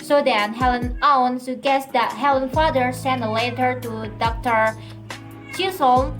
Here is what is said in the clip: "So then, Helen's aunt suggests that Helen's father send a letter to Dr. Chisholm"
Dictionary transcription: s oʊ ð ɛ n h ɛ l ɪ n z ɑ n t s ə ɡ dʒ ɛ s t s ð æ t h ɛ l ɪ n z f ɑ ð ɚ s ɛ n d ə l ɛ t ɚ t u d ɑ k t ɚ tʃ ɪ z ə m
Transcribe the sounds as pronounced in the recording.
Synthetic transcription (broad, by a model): s oʊ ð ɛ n h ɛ l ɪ n ɑ n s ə ɡ ɛ s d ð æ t h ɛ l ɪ n f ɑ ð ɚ s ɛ n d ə l ɛ t ɚ t u d ɑ k t ɚ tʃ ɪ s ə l